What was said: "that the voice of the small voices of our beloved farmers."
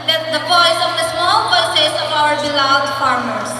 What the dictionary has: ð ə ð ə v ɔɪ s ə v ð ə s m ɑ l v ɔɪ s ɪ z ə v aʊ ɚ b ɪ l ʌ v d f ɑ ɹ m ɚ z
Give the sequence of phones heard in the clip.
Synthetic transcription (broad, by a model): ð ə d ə p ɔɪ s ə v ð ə s m ɑ l p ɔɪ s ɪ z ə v aʊ ɚ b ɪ l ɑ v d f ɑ ɹ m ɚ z